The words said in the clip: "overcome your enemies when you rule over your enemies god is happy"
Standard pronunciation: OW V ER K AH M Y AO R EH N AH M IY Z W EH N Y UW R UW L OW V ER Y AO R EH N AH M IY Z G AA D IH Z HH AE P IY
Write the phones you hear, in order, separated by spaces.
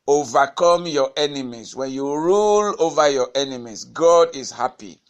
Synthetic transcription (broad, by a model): OW V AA K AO M Y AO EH N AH M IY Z W EH N Y UW R UW L OW V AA Y AO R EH N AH M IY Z G AA D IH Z HH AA P IY